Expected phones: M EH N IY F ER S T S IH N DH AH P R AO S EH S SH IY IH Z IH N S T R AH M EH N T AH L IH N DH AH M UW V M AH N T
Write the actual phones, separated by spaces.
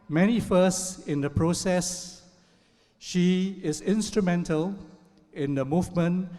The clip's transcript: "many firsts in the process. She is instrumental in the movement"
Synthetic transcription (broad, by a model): M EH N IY F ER S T IH N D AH P R AO S EH S SH IY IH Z IH N S T R AH M EH N T AH L IH N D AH M UW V M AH N